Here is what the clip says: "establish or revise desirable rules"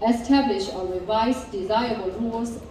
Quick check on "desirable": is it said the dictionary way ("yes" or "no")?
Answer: no